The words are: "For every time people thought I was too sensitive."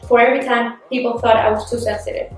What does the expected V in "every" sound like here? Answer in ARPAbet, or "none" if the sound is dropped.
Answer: V